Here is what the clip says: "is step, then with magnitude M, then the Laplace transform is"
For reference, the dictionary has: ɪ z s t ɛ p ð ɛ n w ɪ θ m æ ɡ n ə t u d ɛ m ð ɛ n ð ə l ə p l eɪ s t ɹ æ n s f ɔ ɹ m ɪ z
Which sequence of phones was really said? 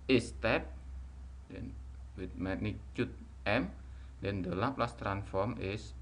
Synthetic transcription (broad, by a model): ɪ s t ɛ p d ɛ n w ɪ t m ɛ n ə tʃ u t ɛ m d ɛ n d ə l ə p l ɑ s t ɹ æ n f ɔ ɹ m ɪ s